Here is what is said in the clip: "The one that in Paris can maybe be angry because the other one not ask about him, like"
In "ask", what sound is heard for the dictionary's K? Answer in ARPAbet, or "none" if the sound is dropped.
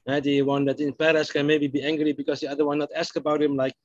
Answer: K